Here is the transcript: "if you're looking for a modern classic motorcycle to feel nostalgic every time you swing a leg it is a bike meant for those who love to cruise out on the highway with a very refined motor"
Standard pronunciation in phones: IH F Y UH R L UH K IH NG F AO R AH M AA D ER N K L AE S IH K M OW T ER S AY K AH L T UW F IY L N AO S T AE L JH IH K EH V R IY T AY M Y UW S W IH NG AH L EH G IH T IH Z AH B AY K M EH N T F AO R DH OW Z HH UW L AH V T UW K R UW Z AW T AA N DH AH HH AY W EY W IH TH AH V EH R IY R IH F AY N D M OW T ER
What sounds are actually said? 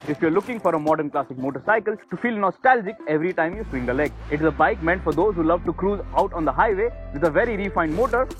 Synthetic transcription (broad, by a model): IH F Y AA R L UH K IH NG F AO R AH M AA D ER N K L AE S IH K M OW T ER S AY K AH L T UW F IY L N AO S T AE L JH IH K EH V R IY T AY M Y UW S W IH NG AH L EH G IH T IH Z AH B AY K M EH N T F AO R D OW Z HH UW L AH V T UW K R UW Z AW T AA N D AH HH AY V EY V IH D AH V EH R IY R IH F AY N D M OW T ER